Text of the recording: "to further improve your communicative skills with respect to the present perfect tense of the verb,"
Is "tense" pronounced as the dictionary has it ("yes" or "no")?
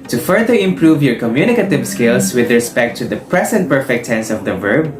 yes